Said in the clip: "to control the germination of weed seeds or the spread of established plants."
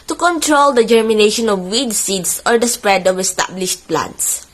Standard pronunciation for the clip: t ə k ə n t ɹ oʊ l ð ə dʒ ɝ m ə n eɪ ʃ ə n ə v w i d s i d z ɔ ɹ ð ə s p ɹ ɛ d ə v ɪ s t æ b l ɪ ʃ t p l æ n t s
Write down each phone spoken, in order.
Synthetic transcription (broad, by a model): t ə k ə n t ɹ oʊ l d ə dʒ ɝ m ə n eɪ ʃ ə n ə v w i d s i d s ɔ ɹ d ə s p ɹ ɛ d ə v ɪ s t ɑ b l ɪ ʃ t p l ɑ n t s